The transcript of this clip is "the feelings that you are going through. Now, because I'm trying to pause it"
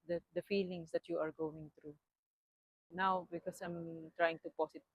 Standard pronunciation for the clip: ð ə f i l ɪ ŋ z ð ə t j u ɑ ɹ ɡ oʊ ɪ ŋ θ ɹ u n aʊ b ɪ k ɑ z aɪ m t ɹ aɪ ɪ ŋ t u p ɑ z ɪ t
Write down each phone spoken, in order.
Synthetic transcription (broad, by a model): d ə f i l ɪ ŋ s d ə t j u ɑ ɹ ɡ oʊ ɪ ŋ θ ɹ u n aʊ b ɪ k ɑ s aɪ m t ɹ aɪ ɪ ŋ t u p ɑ s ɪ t